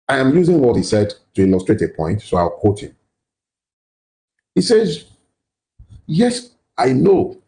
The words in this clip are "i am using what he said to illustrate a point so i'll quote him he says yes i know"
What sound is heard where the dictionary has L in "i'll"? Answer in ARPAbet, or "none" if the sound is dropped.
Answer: W